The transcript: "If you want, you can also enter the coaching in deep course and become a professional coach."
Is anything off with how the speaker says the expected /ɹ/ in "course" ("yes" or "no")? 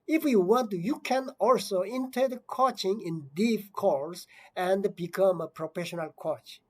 yes